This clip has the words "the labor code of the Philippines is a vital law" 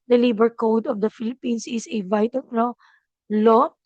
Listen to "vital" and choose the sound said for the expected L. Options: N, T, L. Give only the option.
N